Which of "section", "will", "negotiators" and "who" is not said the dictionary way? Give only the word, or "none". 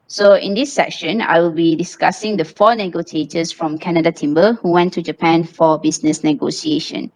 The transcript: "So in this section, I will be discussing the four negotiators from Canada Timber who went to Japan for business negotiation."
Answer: negotiators